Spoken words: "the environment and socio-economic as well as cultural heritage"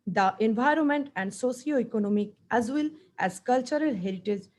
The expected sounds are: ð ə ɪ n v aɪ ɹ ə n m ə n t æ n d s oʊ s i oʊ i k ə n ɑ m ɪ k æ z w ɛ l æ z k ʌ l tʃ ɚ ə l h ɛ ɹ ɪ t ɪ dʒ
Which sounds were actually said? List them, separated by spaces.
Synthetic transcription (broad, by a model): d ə ɪ n v aɪ ɹ ə n m ə n t æ n d s oʊ s i oʊ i k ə n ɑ m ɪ k æ z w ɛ l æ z k ʌ l tʃ ɚ ə l h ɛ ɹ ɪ t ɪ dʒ